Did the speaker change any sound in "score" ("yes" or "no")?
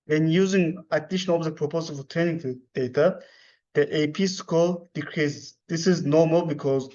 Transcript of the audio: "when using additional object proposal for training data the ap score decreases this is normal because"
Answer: yes